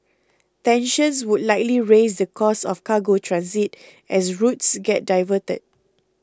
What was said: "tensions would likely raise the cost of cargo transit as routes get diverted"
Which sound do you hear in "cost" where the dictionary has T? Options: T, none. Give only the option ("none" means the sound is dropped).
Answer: none